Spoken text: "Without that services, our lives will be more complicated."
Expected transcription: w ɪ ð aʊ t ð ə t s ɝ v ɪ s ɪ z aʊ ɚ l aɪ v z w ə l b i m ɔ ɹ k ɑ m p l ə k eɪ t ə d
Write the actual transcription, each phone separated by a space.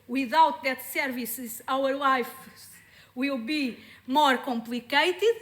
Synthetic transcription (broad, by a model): w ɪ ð aʊ t ð ə t s ɝ v ɪ s ɪ z aʊ ɚ l aɪ f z w ə l b i m ɔ ɹ k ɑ m p l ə k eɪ t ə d